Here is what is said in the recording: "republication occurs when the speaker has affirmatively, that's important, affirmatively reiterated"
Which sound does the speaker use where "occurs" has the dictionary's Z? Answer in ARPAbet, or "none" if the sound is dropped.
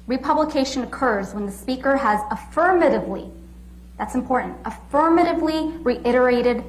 Z